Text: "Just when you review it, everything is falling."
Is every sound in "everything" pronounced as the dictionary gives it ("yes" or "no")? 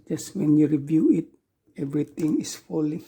no